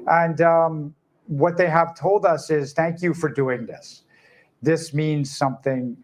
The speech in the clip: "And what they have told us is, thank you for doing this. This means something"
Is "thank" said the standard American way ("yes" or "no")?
yes